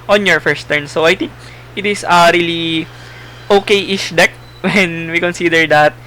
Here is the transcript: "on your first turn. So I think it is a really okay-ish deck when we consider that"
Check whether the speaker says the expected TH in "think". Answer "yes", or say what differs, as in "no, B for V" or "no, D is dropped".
no, T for TH